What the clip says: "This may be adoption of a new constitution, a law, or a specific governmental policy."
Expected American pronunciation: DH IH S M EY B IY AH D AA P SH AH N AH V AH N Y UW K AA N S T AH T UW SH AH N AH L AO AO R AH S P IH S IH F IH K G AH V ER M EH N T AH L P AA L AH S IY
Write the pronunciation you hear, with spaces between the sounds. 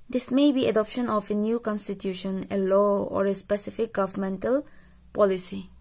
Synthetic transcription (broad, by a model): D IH S M EY B IY AH D AA P SH AH N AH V AH N Y UW K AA N S T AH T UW SH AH N AH L AO AO R AH S P IH S IH F IH K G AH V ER M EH N T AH L P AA L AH S IY